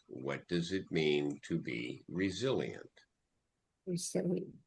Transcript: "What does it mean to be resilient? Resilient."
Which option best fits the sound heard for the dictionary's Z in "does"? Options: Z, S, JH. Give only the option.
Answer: Z